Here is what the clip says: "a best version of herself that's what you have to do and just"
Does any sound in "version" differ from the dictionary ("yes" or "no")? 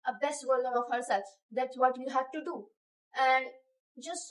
yes